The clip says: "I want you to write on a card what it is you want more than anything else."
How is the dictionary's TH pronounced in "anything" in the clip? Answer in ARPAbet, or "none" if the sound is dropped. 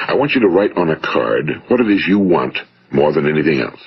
TH